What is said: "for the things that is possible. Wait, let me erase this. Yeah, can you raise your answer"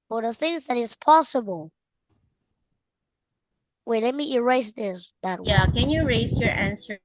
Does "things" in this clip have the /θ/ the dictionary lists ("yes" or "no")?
yes